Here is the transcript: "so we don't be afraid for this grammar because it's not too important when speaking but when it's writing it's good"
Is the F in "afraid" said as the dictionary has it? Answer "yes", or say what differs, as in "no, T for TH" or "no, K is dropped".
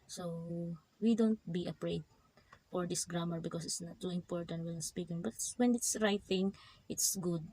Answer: no, P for F